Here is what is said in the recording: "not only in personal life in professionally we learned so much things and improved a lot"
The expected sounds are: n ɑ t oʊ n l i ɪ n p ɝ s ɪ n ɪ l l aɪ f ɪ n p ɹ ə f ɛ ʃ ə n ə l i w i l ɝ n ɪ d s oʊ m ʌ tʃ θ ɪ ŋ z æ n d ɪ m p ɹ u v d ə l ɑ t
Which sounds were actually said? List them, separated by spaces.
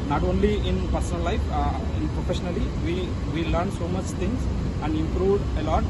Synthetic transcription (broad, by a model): n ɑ t oʊ n l i ɪ n p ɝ s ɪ n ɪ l l aɪ f ɪ n p ɹ ə f ɛ ʃ ə n ə l i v i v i l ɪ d s oʊ m ʌ tʃ t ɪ ŋ s æ n d ɪ m p ɹ u v d ə l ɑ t